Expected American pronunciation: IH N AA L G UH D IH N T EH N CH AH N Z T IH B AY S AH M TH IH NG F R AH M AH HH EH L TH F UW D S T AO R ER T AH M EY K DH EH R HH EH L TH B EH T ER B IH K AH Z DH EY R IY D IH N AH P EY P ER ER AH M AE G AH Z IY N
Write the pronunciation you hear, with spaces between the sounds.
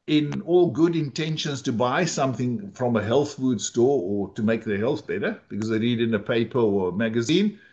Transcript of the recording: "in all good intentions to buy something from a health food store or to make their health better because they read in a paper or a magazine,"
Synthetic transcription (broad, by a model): IH N AA L G UH D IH N T EH N SH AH N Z T IH B AY S AH M TH IH NG F R AH M AH HH EH L TH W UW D S T AO R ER T AH M EY K DH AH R HH EH L TH B EH T ER B IH K AH Z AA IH R IY D IH N AH P EY P ER ER AH M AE G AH Z IY N